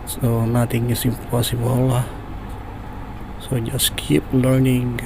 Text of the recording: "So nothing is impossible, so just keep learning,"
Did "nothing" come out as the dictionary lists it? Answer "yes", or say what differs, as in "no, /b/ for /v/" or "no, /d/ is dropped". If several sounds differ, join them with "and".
no, /t/ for /θ/